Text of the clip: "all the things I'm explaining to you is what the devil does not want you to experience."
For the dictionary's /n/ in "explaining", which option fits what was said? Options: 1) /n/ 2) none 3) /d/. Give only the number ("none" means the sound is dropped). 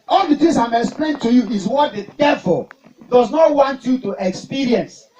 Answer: 2